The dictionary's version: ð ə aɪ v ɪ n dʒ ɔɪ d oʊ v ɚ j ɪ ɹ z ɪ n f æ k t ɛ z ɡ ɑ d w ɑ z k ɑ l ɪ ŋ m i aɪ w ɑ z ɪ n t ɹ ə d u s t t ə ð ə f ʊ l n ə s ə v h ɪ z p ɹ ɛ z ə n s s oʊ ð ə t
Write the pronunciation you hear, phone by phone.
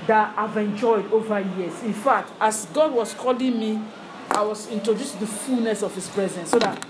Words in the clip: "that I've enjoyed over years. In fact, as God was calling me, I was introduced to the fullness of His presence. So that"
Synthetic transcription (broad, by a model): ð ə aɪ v ɪ n dʒ ɔɪ d oʊ v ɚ j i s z ɪ n f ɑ k t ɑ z ɡ ɑ d w ɑ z k ɑ l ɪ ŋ m i aɪ w ɑ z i n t ɹ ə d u s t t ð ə f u l n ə s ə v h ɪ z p ɹ ɛ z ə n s s oʊ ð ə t